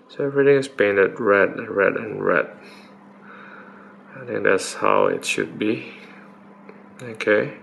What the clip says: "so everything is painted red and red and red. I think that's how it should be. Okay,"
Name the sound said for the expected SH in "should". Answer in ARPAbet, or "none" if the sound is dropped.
SH